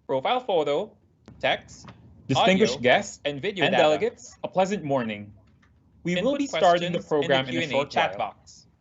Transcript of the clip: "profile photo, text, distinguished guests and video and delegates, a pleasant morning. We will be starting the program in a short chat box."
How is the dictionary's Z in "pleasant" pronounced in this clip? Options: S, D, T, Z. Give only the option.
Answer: Z